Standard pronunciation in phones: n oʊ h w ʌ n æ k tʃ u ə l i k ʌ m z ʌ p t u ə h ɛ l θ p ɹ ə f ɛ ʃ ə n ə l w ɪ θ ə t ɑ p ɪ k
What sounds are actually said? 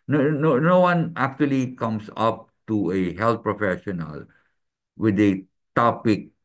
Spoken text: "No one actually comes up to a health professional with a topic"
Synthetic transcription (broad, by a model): n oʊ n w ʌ n æ k tʃ u ə l i k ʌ m s ʌ p t u ə h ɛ l t p ɹ ə f ɛ ʃ ə n ə l w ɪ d ə t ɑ p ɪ k